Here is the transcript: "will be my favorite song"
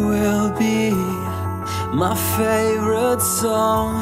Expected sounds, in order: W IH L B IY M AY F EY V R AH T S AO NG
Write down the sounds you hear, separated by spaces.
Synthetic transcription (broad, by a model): W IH L B IY M AY F EY V R AH T S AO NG